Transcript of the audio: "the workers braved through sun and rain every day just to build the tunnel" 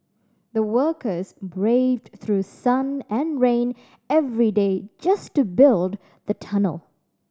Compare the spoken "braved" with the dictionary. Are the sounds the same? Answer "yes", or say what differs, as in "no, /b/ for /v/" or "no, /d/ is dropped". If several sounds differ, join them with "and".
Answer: yes